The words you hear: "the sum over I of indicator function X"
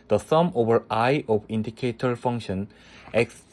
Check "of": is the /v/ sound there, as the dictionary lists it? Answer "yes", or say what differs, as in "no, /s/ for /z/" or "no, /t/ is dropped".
no, /b/ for /v/